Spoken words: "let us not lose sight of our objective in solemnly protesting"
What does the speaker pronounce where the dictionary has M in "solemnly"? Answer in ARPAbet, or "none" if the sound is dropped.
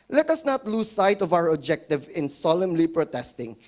M